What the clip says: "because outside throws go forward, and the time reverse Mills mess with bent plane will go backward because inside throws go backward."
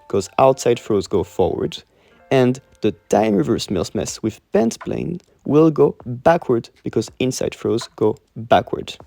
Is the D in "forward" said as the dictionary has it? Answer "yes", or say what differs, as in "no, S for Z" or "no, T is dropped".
yes